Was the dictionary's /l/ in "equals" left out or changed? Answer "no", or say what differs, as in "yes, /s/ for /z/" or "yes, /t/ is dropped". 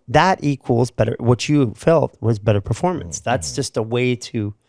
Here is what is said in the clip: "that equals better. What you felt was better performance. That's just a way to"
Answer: no